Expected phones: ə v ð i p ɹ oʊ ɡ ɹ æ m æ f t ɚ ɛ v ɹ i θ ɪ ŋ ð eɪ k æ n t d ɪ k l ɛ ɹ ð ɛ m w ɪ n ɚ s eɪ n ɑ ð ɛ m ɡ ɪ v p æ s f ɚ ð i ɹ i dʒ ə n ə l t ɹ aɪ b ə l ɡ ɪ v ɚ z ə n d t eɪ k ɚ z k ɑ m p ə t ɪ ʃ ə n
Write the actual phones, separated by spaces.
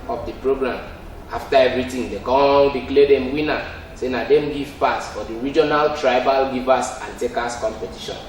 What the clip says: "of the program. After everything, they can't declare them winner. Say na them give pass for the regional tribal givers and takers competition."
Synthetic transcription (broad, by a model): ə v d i p ɹ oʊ ɡ ɹ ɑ m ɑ f t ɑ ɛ v ɹ i t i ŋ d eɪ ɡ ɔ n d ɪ k l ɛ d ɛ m w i n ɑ s eɪ n ɑ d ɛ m ɡ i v p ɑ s f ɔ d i ɹ i dʒ ə n ə l t ɹ aɪ b ə l ɡ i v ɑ s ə n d t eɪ k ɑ s k ɑ m p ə t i ʃ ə n